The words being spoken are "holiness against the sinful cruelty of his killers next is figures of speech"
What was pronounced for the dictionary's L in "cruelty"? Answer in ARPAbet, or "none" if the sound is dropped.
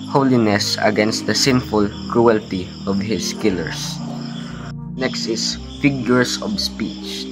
L